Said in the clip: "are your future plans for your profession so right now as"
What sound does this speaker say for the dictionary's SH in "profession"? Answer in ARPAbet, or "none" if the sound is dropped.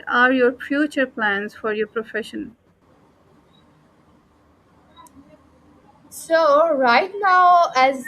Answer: SH